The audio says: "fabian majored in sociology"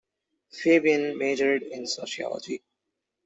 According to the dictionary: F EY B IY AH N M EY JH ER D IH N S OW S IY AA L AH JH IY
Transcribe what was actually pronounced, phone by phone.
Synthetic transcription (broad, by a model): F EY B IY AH N M EY JH ER D IH N S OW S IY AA L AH JH IY